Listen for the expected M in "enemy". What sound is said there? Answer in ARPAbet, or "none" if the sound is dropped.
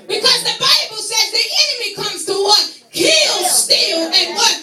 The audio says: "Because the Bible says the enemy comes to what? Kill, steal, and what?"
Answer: M